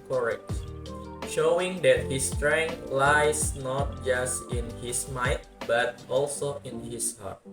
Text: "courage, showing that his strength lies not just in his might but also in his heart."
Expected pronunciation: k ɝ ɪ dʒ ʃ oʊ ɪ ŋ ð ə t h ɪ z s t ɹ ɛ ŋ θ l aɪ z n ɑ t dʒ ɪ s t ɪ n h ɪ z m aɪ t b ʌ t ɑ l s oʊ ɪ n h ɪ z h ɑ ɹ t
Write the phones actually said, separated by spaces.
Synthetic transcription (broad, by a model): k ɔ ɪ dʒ ʃ oʊ ɪ ŋ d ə t h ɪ s t ɹ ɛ ŋ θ l aɪ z n ɑ t dʒ ɪ s t ɪ n h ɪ s m aɪ t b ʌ t ɑ l s oʊ ɪ n h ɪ s h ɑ ɹ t